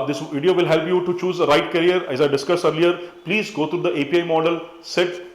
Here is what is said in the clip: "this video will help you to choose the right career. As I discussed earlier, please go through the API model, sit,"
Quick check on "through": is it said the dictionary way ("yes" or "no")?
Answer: no